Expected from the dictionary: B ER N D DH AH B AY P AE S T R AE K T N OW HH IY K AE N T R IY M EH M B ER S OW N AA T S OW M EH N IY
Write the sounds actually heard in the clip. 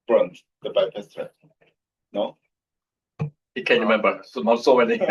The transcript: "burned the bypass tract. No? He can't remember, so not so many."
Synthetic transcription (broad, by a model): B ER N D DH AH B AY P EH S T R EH T N OW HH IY K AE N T R IY M EH M B ER S OW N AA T S OW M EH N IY